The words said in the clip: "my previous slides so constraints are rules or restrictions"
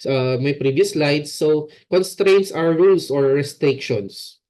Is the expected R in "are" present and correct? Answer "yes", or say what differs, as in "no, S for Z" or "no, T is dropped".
no, W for R